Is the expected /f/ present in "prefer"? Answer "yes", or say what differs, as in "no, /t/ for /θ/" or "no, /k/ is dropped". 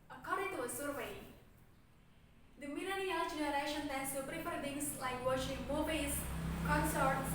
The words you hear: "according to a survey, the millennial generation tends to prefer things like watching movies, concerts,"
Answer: no, /p/ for /f/